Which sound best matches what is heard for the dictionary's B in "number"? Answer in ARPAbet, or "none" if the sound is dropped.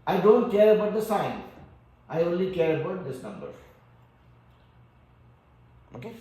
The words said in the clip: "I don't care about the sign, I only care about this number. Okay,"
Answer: B